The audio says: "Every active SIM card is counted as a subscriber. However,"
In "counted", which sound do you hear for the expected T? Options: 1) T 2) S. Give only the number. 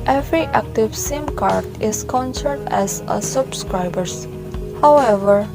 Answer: 2